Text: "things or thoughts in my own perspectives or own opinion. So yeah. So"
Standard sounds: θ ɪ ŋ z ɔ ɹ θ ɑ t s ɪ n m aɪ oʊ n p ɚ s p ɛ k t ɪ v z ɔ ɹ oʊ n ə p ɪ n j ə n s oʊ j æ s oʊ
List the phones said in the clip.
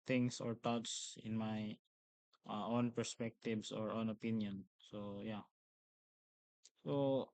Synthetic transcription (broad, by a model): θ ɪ ŋ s ɔ ɹ t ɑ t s ɪ n m aɪ oʊ n p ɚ s p ɛ k t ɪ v s ɔ ɹ oʊ n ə p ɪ n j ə n s oʊ j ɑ s oʊ